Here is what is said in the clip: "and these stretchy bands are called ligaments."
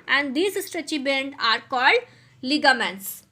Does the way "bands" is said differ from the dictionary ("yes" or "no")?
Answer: yes